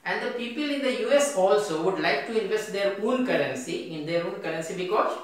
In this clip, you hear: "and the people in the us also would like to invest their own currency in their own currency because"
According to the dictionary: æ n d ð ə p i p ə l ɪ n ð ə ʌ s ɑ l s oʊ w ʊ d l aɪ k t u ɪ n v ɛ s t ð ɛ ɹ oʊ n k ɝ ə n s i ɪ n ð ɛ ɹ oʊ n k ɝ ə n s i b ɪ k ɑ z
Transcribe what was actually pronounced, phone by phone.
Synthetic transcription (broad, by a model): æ n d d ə p i p ə l ɪ n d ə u s ɑ l s oʊ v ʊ d l aɪ k t u ɪ n v ɛ s t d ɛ ɹ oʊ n k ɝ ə n s i ɪ n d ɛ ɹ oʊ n k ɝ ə n s i b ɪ k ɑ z